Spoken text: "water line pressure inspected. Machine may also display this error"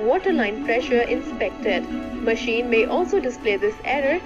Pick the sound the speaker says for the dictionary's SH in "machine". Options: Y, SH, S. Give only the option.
SH